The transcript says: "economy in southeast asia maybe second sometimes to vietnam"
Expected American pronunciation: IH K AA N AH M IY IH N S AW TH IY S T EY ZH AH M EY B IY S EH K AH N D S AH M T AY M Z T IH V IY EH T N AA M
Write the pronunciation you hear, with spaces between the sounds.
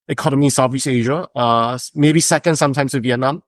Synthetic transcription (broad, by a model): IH K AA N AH M IY IH N S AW F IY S EY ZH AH M EY B IY S EH K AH N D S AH M T AY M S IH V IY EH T N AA M